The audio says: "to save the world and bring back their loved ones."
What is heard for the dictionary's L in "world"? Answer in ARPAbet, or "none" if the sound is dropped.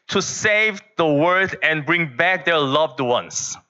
none